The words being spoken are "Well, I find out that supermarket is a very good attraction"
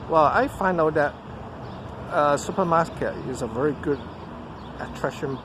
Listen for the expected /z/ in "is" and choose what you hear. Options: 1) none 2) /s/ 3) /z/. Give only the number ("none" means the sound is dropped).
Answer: 3